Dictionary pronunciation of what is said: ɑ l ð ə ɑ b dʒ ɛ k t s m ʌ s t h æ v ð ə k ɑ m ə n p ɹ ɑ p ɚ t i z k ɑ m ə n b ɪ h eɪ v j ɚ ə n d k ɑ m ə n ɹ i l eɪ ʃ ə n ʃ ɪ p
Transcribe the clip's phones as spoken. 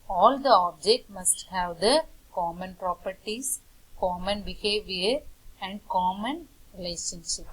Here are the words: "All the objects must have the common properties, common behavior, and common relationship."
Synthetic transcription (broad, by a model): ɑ l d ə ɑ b dʒ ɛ k t m ʌ s t h æ v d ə k ɑ m ə n p ɹ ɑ p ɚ t i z k ɑ m ə n b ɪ h eɪ v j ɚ ə n d k ɑ m ə n ɹ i l eɪ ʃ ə n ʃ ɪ p